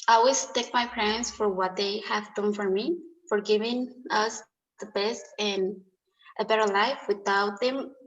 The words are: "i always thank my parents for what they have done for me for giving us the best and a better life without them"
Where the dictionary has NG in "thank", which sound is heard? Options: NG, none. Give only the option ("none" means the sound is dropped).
none